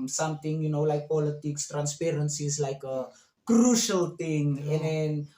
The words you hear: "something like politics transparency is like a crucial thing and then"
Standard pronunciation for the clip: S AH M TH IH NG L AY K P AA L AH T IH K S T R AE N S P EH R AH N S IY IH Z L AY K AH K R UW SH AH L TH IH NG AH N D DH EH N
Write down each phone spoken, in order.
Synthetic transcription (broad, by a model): S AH M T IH NG L AY K P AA L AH T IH K S T R AE N S P EH R AH N S IY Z L AY K AH K R UW SH AH L T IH NG AH N D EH N